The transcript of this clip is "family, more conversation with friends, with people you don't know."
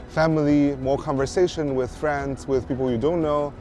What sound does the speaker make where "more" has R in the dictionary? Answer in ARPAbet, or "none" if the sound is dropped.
R